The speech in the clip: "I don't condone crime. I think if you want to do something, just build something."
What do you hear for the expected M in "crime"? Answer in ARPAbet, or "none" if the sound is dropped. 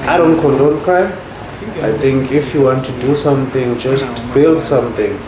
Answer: none